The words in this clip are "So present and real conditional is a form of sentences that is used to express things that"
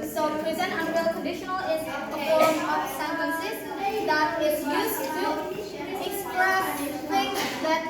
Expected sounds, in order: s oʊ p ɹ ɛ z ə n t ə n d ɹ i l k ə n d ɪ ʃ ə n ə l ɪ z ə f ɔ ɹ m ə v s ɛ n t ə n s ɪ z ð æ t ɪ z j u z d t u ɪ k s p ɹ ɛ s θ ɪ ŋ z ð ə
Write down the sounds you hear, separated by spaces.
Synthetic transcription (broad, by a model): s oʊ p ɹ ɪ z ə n ə n d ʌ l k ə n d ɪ ʃ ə n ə l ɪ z ə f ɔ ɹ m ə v s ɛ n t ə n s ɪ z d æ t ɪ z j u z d t u ɪ k s p ɹ ɛ s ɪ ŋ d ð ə